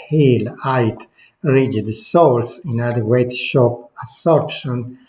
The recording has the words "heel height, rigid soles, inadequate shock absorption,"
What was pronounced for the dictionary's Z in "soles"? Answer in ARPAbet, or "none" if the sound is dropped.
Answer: S